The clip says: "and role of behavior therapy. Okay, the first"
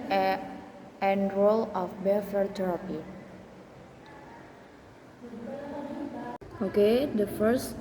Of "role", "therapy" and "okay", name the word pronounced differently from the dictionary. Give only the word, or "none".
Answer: therapy